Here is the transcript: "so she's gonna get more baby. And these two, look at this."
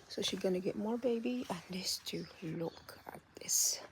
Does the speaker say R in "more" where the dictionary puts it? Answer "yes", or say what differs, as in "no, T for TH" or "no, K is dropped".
yes